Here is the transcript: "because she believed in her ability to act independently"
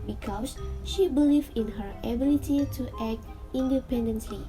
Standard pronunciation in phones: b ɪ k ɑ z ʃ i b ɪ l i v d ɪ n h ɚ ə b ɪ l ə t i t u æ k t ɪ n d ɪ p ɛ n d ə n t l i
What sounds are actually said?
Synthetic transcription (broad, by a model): b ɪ k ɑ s ʃ i b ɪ l i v ɪ n h ɚ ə b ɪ l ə t i t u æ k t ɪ n d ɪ p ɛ n d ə n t l i